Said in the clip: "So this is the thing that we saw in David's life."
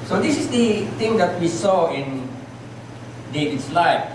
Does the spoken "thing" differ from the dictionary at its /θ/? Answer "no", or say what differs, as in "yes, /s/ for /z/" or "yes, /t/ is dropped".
yes, /t/ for /θ/